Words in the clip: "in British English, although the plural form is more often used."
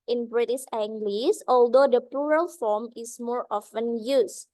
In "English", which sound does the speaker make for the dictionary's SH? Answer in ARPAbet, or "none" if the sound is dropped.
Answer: S